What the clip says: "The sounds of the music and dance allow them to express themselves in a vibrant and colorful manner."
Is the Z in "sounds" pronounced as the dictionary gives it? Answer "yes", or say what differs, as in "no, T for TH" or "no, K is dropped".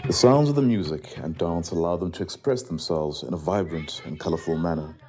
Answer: yes